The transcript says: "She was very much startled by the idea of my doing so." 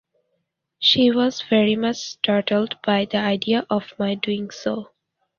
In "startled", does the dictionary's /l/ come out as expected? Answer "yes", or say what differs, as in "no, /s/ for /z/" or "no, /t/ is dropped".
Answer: yes